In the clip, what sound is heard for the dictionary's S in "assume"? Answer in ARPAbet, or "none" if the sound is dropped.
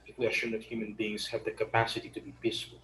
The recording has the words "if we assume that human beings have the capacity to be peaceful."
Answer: SH